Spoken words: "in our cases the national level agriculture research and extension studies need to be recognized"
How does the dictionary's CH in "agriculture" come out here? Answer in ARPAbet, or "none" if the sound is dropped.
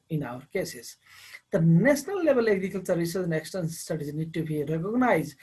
S